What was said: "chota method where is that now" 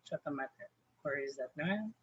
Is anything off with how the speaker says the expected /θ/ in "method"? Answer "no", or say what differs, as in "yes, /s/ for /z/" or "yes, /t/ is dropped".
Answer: yes, /t/ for /θ/